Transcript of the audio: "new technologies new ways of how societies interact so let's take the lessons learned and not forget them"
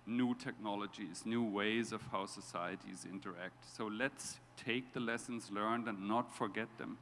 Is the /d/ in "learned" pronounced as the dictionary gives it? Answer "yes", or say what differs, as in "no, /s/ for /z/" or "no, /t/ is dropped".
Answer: yes